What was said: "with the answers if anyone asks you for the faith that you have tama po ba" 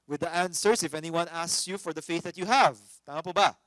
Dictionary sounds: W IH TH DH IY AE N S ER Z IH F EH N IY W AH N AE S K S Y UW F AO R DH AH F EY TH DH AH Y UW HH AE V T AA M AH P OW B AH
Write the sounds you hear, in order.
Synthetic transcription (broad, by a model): W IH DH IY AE N S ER S IH F EH N IY W AH N AE S K S Y UW F AO R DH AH F EY TH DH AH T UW HH AE V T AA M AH P OW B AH